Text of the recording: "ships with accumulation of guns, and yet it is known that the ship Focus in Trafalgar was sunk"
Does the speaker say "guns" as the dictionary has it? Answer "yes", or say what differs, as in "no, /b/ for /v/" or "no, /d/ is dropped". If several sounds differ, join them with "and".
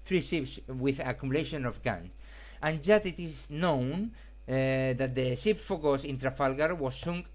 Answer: no, /s/ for /z/